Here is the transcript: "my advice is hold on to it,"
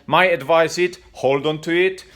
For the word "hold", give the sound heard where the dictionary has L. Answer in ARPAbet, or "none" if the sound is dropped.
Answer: L